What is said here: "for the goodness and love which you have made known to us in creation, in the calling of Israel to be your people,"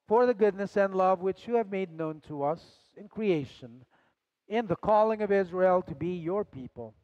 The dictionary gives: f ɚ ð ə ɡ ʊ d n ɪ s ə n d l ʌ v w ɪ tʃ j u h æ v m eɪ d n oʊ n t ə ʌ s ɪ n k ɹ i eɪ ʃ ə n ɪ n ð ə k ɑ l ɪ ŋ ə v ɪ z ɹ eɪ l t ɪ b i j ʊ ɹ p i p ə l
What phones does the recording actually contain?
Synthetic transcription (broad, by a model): f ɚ ð ə ɡ ʊ d n ɪ s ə n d l ʌ v w ɪ tʃ j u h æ v m eɪ d n oʊ n t ə ʌ s ɪ n k ɹ i eɪ ʃ ə n ɪ n ð ə k ɑ l ɪ ŋ ə v ɪ z ɹ eɪ l t ɪ b i j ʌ ɹ p i p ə l